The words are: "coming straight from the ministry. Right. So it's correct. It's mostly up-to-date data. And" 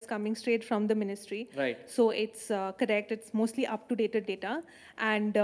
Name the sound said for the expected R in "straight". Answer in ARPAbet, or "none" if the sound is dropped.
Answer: R